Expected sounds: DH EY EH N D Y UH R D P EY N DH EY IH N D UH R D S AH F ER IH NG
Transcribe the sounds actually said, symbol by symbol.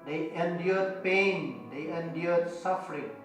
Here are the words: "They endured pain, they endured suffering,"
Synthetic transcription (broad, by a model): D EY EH N D Y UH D P EY N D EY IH N D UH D S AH F ER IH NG